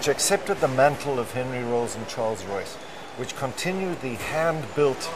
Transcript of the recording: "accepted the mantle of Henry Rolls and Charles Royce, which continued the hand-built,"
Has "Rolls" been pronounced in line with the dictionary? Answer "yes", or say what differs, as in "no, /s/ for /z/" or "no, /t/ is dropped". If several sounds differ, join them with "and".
yes